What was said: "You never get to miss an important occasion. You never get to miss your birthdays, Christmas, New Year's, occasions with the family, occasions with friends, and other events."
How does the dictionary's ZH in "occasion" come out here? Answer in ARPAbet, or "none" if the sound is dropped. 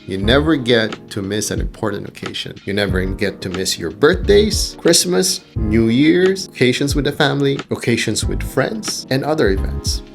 SH